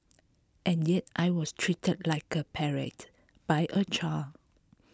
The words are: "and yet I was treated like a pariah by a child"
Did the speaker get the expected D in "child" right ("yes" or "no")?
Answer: no